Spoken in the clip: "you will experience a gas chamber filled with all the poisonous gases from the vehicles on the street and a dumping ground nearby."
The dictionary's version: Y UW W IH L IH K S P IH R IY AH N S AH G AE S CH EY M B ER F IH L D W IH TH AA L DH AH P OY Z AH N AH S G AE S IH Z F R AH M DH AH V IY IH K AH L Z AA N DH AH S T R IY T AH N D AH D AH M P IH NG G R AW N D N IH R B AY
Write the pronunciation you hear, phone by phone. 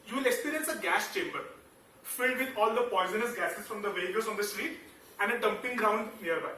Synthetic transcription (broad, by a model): Y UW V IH L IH K S P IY R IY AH N S AH G AE S CH EY M B ER F IH L D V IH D AA L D AH P OY Z AH N AH S G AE S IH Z F R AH M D AH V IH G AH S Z AA N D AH S T R IY T AH N D AH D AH M P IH NG G R AW N D N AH R B AY